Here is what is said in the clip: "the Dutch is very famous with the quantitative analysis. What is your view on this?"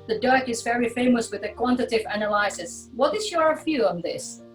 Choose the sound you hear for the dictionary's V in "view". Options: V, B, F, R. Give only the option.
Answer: F